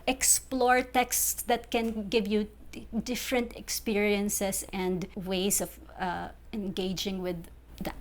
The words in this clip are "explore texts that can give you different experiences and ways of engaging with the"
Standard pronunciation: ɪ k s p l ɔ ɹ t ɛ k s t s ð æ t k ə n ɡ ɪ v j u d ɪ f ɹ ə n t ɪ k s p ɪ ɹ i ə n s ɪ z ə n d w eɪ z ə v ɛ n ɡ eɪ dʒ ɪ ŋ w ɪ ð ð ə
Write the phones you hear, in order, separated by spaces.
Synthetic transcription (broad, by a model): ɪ k s p l ɔ ɹ t ɛ k s t s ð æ t k ə n ɡ ɪ v j u d ɪ f ɹ ə n t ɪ k s p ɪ ɹ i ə n s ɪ s ə n d w eɪ s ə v ɛ n ɡ eɪ dʒ ɪ ŋ w ɪ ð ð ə